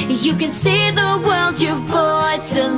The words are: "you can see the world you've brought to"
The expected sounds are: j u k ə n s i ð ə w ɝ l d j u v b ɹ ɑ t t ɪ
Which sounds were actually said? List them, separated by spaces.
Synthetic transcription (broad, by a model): j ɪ k ə n s i ð ə w ɝ l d j u v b ɑ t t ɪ